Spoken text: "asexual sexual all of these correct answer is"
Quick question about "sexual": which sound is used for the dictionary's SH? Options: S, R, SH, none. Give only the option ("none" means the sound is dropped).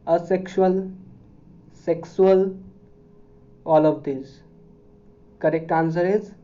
S